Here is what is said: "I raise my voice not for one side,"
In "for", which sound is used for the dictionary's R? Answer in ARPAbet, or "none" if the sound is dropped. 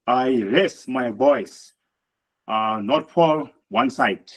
L